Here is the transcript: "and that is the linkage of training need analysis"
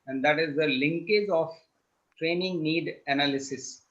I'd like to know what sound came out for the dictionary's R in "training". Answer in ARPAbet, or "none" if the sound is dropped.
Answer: R